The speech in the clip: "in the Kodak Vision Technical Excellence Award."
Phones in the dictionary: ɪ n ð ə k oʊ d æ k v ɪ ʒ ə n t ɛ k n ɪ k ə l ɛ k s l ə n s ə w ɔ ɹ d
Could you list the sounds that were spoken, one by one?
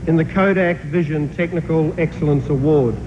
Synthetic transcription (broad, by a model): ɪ n ð ə k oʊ d æ k v ɪ ʒ ə n t ɛ k n ɪ k ə l ɛ k s l ə n s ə w ɔ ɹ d